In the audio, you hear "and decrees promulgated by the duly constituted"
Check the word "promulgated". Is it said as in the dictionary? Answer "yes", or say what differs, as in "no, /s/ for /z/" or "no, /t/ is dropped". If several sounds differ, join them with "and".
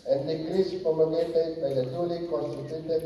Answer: no, /ɹ/ is dropped